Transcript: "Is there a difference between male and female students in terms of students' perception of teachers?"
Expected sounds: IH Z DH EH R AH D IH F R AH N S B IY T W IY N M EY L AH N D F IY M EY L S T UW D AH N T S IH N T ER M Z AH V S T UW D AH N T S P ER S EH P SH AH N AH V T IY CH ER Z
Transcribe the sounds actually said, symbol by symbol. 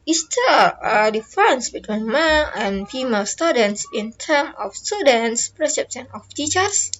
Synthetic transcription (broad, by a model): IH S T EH AH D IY F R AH N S B IY T W IY N M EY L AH N F IY M EY L S T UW D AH N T S IH N T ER M AH F S T UW D AH N T S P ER S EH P S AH N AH F T IY CH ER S